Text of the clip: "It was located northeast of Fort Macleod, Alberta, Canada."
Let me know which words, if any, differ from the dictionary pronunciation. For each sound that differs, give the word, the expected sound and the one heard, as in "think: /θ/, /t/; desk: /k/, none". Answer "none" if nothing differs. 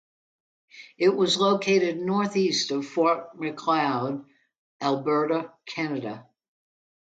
none